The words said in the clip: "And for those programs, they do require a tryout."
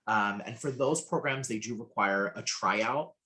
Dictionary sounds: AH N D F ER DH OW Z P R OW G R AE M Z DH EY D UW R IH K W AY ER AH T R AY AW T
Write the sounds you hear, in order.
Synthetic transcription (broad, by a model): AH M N F ER DH OW Z P R OW G R AE M Z DH EY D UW R IH K W AY ER AH T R AY AW T